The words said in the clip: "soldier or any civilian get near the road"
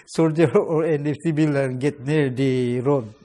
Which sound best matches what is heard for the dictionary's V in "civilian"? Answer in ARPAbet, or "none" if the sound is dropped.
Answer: B